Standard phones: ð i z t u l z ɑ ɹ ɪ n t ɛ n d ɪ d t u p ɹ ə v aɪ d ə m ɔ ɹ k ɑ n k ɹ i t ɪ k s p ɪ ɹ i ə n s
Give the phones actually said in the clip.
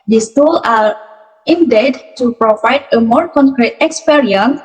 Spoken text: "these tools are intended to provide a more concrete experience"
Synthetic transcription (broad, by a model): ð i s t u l ɑ ɹ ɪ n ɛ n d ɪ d t u p ɹ ə v aɪ d ə m ɔ ɹ k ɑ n k ɹ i t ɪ k s p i ɹ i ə n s